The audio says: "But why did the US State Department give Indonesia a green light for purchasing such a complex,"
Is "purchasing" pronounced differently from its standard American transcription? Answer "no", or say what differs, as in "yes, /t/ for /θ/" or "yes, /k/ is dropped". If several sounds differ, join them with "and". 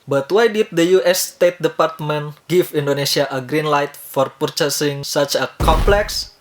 no